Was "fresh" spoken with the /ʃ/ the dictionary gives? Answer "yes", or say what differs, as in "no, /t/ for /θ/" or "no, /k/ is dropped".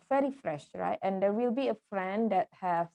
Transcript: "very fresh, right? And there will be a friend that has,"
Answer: yes